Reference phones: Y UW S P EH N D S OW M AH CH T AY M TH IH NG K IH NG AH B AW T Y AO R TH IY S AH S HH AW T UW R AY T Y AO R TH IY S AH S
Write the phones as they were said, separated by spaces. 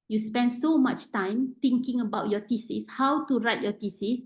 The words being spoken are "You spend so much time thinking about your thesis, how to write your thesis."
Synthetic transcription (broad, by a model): Y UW S P EH N D S OW M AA CH T AY M T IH NG K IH NG AH B AW T Y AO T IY S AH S HH AW T UW R AY T Y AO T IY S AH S